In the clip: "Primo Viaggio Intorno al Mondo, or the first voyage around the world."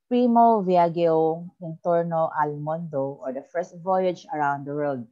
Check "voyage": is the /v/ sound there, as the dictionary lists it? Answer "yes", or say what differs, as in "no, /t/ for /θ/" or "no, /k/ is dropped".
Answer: yes